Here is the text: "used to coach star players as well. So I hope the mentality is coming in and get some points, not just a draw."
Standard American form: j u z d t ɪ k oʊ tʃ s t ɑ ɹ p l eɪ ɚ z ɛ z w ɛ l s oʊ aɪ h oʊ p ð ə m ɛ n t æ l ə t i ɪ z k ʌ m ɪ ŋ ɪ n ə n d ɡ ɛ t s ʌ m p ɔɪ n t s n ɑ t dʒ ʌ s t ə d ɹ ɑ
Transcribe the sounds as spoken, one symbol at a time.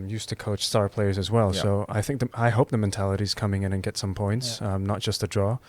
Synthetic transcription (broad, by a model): j u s t ɪ k oʊ tʃ s t ɑ ɹ p l eɪ ɚ z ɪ z w ɛ l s oʊ aɪ h oʊ p ð ə m ɛ n t æ l ə t i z k ʌ m ɪ ŋ ɪ n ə n ɡ ɛ t s ʌ m p ɔɪ n t s n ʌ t dʒ ʌ s t ə d ɹ ɑ